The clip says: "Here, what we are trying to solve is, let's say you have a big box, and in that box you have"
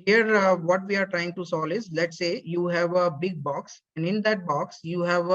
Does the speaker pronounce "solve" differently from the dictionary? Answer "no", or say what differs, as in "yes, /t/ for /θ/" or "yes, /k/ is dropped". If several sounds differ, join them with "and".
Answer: yes, /v/ is dropped